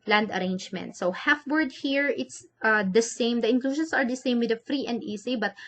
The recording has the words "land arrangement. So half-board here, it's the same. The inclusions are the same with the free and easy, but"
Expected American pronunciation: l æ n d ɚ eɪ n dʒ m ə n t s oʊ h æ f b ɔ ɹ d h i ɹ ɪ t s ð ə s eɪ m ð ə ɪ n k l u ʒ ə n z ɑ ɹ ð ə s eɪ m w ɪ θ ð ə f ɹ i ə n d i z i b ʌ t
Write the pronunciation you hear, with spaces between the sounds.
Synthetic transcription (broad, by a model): l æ n d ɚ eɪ n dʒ m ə n t s oʊ h æ f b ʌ ɹ d h i ɹ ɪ t s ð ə s eɪ m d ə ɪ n k l u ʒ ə n s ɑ ɹ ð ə s eɪ m w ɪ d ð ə f ɹ i ə n d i s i b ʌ t